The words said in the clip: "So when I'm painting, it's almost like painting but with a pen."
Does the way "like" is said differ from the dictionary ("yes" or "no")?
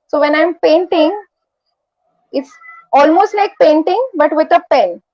yes